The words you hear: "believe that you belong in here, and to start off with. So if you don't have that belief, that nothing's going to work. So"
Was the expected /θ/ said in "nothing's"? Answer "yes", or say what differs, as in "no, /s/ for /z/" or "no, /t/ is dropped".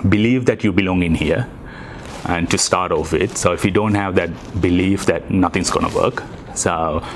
no, /t/ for /θ/